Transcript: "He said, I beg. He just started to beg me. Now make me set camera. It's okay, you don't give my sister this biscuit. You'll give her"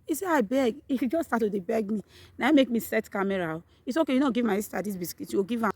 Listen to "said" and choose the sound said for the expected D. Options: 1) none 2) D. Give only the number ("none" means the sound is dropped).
1